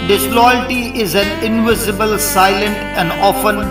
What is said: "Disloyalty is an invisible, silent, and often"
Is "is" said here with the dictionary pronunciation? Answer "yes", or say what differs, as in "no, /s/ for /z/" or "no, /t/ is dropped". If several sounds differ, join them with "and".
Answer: yes